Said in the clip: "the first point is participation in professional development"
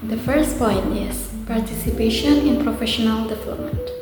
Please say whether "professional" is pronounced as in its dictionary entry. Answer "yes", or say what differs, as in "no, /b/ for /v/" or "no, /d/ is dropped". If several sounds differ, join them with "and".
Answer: yes